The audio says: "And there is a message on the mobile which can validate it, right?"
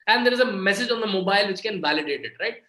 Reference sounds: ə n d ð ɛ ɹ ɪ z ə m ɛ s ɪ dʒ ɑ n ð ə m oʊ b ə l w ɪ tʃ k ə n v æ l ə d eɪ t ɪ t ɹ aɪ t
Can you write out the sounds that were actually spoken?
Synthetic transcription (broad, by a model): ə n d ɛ ɹ ɪ z ə m ɛ s ɪ dʒ ɑ n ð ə m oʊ b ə l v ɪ tʃ k ə n v æ l ə d eɪ t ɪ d ɹ aɪ t